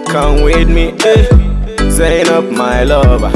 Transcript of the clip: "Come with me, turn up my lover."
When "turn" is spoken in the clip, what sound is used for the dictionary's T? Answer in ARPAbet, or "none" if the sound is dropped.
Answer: S